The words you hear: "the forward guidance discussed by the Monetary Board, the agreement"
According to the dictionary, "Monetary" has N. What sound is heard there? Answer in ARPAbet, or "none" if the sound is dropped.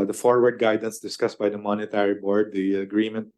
N